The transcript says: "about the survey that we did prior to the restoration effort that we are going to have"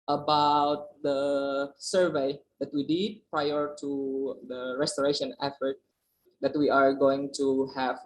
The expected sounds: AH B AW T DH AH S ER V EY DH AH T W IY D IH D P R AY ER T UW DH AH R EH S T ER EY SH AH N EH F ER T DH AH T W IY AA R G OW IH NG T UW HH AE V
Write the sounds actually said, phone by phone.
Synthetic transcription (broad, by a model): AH B AW T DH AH S ER V EY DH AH T W IY D IH D P R AY ER T UW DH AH R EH S T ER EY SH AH N EH F ER T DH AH T W IY AA R G OW IH NG T UW HH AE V